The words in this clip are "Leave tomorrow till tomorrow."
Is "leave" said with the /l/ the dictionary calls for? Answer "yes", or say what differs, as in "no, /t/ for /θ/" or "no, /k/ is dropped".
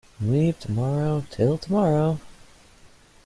no, /w/ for /l/